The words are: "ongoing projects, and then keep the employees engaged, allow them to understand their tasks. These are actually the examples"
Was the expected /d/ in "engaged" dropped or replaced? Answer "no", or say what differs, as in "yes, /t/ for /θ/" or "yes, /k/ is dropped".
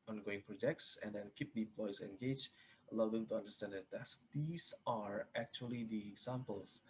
yes, /d/ is dropped